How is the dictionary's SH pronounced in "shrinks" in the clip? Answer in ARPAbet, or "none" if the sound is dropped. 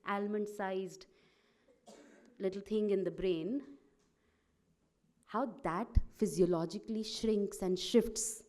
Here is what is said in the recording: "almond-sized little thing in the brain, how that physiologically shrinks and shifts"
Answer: SH